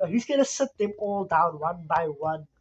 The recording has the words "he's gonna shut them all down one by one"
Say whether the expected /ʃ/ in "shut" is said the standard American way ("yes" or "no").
no